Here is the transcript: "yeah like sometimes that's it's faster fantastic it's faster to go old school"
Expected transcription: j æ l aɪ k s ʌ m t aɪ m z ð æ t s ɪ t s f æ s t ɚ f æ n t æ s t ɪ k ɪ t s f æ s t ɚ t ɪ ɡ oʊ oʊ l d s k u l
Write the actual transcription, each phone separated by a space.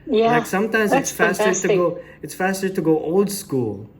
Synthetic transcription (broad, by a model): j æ l aɪ k s ʌ m t aɪ m z ɪ t s f æ s t ɚ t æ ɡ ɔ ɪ ɪ t s f æ s t ɚ t ɪ ɡ oʊ oʊ l d s k u l